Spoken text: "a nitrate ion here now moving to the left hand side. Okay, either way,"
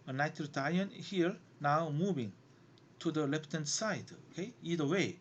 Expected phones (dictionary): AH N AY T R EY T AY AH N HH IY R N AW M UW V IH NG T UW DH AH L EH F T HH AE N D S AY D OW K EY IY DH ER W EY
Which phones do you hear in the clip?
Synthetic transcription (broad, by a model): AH N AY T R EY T AY AH N HH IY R N AW M UW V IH NG T UW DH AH L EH P T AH N S AY D OW K EY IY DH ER W EY